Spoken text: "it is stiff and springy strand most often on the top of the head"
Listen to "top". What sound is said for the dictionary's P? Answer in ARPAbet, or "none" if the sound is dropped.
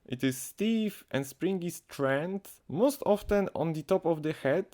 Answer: P